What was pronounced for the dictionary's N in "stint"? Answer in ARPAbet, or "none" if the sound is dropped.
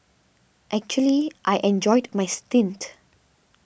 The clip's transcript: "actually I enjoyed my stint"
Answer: N